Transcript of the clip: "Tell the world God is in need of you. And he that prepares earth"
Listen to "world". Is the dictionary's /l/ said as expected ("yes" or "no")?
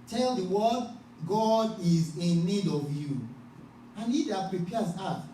no